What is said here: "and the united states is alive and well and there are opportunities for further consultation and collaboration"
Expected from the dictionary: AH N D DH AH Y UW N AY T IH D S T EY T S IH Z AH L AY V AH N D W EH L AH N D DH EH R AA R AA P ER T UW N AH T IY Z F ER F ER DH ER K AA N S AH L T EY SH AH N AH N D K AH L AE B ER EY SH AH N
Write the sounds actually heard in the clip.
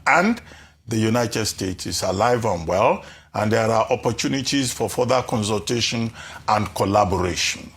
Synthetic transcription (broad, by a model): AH N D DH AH Y UW N AY T IH D S T EY T S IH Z AH L AY V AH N W EH L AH N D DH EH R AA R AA P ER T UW N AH T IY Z F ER F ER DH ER K AA N S AH L T EY SH AH N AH N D K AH L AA B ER EY SH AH N